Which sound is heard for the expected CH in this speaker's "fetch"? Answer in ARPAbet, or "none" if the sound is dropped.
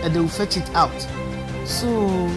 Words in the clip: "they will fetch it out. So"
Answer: CH